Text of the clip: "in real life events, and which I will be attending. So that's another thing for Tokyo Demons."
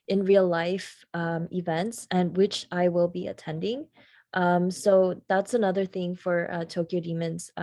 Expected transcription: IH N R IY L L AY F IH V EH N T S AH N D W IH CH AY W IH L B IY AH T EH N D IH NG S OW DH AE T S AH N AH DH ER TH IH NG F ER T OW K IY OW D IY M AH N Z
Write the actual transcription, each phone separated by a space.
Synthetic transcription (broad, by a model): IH N R IY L L AY F IH V EH N T S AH N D W IH CH AY W IH L B IY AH T EH N D IH NG S OW DH AE T S AH N AH DH ER TH IH NG F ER T OW K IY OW D IY M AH N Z